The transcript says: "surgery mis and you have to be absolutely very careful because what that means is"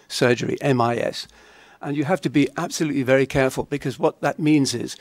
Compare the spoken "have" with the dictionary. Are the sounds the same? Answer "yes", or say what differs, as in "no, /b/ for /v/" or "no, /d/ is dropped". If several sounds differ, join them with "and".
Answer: no, /f/ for /v/